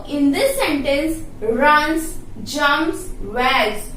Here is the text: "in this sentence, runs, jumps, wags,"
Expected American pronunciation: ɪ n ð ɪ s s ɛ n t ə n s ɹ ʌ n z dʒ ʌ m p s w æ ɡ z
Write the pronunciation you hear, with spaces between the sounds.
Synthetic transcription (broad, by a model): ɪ n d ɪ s s ɛ n t ə n s ɹ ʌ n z dʒ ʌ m s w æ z